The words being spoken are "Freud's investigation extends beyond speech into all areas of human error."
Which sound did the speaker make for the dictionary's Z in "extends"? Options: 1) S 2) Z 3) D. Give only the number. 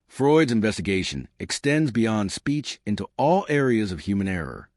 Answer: 2